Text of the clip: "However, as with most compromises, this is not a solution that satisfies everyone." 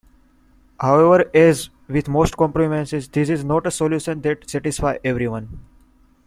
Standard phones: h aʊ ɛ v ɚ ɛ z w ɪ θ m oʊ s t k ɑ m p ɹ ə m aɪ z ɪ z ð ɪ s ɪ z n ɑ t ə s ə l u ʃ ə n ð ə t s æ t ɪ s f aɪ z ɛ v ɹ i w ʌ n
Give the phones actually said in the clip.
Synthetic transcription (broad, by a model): h aʊ ɛ v ɚ ɛ z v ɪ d m oʊ s t k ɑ m p ɹ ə m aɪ s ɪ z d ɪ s ɪ z n ɑ t ə s ə l u ʃ ə n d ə t s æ t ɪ s f aɪ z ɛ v ɹ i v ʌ n